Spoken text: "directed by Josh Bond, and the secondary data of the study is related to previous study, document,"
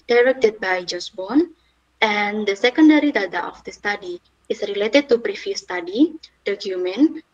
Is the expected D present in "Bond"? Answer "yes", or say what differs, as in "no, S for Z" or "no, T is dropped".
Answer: no, D is dropped